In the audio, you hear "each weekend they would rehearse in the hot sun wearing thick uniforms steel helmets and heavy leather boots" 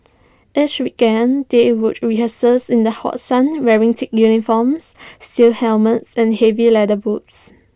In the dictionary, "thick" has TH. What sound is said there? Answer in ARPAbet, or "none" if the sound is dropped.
T